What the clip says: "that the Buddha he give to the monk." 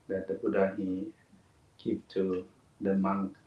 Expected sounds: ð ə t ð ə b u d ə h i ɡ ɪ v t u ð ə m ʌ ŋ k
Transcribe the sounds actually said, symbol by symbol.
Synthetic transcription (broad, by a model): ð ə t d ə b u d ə h i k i p t u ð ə m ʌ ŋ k